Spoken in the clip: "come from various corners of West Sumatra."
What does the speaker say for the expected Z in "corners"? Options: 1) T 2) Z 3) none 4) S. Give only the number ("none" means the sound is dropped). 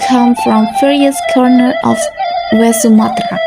3